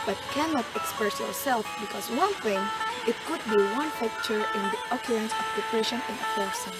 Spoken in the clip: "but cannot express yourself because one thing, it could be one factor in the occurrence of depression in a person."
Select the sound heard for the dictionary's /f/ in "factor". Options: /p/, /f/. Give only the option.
/p/